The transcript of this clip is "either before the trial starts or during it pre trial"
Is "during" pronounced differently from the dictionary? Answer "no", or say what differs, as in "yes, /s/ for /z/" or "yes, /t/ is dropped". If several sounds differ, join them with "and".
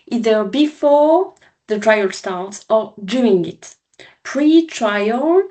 yes, /ɹ/ is dropped